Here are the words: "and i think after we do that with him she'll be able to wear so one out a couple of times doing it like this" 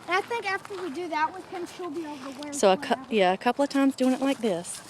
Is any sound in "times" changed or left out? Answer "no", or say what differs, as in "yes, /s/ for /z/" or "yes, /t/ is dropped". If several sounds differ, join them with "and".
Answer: no